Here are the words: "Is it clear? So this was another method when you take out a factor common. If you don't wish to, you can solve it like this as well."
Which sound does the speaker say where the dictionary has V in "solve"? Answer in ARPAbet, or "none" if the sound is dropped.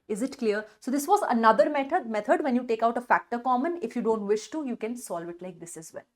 V